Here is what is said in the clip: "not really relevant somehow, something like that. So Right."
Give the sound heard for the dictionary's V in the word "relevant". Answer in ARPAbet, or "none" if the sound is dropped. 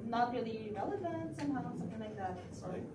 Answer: V